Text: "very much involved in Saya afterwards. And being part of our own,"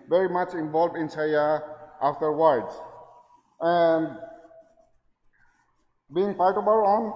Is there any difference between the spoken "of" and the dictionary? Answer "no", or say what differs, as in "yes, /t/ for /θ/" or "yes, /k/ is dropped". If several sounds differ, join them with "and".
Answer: yes, /b/ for /v/